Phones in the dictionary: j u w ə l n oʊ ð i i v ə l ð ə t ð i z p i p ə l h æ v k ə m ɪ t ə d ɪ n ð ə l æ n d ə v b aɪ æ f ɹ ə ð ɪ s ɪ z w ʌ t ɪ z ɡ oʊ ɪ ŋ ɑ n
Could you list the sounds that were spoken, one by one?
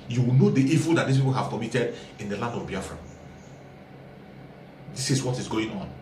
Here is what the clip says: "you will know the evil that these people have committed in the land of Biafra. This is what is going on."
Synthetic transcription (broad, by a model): j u w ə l n oʊ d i i v ə l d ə t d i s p i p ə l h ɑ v k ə m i t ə d ɪ n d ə l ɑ n d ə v b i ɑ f ɹ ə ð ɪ s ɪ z w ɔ t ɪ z ɡ oʊ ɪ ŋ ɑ n